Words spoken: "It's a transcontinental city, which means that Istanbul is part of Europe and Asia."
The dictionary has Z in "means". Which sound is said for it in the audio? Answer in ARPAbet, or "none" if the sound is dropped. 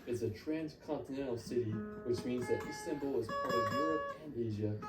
Z